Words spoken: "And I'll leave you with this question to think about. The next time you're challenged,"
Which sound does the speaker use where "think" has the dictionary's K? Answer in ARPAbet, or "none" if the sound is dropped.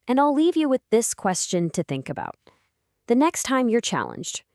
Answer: K